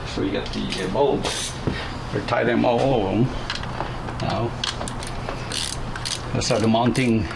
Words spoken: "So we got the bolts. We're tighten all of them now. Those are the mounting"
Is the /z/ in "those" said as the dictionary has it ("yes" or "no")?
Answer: no